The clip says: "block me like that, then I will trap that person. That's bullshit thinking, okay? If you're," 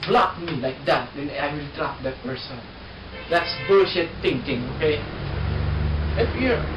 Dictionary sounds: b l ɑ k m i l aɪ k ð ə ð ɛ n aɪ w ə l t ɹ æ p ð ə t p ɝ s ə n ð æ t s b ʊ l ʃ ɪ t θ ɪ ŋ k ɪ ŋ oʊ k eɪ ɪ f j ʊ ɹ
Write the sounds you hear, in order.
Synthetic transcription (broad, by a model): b l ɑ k m i l aɪ k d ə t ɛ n aɪ w ə l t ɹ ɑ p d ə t p ɝ s ə n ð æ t s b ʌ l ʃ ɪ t t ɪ ŋ k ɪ ŋ oʊ k eɪ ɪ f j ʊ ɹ